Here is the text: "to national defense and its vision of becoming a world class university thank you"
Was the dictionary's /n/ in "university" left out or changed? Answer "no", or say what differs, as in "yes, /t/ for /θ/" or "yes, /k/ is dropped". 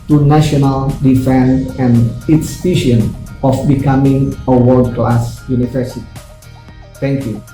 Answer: no